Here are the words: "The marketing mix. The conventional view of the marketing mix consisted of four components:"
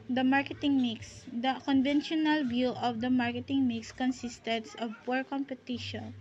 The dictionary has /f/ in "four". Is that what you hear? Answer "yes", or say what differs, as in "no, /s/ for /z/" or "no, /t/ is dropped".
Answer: no, /p/ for /f/